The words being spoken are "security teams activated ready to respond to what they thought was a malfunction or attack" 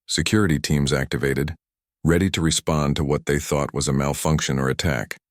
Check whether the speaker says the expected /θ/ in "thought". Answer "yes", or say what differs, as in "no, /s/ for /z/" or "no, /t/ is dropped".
yes